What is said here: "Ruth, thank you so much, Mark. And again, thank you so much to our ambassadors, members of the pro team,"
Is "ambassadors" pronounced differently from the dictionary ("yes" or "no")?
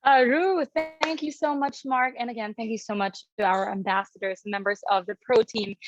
no